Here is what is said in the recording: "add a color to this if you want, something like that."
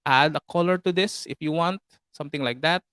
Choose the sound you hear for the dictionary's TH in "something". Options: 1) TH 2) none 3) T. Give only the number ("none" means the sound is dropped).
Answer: 3